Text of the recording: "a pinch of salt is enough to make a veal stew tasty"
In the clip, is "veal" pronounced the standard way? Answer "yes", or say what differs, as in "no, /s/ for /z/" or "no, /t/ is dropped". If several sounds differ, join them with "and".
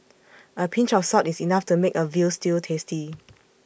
yes